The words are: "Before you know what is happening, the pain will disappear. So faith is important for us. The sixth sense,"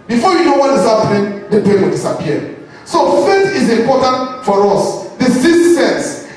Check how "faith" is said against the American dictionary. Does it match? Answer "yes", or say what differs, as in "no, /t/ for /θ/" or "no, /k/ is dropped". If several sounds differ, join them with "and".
no, /t/ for /θ/